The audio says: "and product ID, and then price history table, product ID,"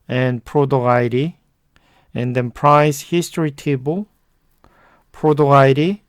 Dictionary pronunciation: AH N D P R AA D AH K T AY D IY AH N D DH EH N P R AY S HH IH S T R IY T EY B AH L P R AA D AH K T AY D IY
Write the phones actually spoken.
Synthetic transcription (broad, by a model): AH N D P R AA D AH AY D IY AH N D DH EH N P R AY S HH IH S T R IY T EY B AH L P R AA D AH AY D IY